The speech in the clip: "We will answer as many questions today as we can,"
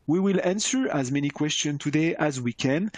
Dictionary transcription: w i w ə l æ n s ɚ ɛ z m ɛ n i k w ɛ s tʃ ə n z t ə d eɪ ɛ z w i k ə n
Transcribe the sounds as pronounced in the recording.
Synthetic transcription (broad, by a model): w i w ə l æ n s ɚ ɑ z m ɛ n i k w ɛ s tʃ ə n t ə d eɪ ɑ z w i k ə n